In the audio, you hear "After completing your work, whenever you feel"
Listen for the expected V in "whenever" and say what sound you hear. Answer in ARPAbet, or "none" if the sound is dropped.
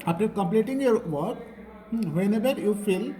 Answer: B